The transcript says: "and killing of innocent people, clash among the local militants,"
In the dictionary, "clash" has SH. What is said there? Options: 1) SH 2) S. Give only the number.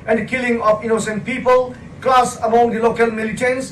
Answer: 2